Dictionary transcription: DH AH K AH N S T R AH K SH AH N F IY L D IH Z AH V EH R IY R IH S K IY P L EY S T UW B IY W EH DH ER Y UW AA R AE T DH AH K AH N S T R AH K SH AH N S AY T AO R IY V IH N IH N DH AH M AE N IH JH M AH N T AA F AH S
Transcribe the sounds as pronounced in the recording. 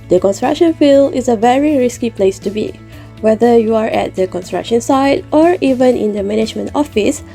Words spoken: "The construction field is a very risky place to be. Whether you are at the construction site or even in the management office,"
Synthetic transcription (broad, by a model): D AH K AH N S T R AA K SH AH N F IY L IH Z AH V EH R IY R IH S K IY P L EY S T UW B IY W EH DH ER Y UW AA R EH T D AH K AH N S T R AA K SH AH N S AY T AO R IY V IH N IH N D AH M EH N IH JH M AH N T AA F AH S